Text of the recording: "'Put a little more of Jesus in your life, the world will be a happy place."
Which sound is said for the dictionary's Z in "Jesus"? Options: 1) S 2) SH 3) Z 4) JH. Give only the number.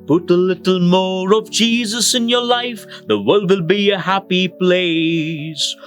3